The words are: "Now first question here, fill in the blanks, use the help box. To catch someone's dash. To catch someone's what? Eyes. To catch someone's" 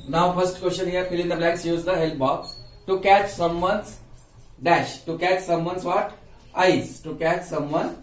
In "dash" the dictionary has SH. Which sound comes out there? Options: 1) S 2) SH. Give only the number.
2